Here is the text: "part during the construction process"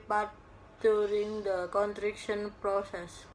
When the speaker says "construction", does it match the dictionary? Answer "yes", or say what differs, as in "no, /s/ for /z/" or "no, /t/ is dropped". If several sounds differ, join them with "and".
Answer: no, /s/ is dropped